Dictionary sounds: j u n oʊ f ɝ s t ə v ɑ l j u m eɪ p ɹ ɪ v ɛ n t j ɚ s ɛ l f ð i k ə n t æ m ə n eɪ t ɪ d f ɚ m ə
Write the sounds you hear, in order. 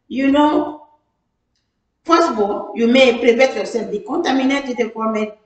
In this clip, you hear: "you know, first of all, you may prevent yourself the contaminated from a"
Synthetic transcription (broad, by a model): j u n oʊ p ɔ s ə b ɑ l j u m eɪ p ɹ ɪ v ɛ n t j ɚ s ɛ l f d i k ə n t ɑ m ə n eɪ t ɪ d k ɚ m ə